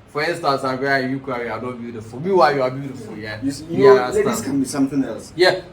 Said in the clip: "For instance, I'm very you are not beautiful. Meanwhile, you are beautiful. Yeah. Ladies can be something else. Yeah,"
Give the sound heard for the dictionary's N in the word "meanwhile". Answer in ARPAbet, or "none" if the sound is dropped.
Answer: none